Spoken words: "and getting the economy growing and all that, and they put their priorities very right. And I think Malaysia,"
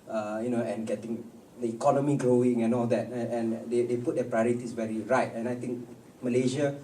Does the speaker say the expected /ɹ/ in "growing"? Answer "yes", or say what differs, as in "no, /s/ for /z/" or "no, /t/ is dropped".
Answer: yes